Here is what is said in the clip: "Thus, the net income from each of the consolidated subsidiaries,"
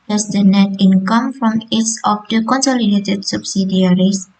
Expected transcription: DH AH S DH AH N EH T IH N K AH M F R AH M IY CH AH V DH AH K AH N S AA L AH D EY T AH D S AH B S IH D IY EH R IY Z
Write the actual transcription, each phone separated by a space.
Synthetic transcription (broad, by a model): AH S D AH N EH T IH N K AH M F R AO M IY S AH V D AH K AH N S AA L AH D EY T AH D S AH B S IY D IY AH R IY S